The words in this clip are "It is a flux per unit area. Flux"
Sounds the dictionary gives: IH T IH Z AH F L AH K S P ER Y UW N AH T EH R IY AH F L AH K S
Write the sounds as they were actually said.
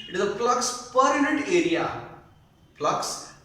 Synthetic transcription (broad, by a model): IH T IH Z AH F L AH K S P ER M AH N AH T EH R IY AH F L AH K S